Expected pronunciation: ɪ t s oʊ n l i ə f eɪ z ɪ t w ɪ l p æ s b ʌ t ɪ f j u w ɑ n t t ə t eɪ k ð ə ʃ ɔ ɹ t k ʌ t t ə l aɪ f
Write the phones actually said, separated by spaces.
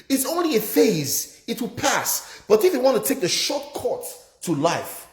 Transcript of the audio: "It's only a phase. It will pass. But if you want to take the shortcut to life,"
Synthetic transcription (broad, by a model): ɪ t s oʊ n l i ə f eɪ z ɪ t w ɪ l p æ s b ʌ t ɪ f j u w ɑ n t t ə t eɪ k ð ə ʃ ɔ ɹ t k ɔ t t ə l aɪ f